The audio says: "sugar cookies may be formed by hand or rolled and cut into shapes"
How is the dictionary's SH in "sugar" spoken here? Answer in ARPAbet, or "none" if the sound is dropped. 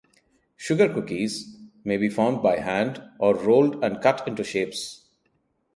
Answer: SH